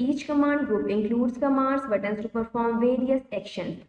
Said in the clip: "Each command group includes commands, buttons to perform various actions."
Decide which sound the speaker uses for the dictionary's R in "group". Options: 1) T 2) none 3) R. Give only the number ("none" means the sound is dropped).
2